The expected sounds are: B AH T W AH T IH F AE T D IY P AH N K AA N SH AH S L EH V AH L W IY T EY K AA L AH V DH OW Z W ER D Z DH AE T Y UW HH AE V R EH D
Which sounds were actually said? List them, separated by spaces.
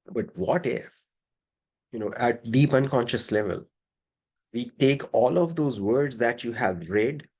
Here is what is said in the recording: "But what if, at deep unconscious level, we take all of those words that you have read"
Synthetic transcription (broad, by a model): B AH T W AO T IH F AE T D IY P AH N K AA N SH AH S L EH V AH L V IY T EY K AA L AH V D OW Z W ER D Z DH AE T Y UW HH AE V R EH D